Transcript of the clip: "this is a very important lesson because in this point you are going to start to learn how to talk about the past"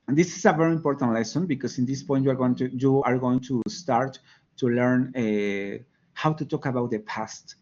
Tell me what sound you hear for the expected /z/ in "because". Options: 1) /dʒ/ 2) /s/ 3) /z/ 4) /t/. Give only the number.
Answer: 2